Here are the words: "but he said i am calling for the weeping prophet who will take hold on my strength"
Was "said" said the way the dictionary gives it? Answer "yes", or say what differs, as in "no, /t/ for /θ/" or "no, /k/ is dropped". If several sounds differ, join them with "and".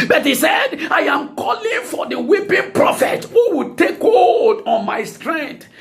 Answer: yes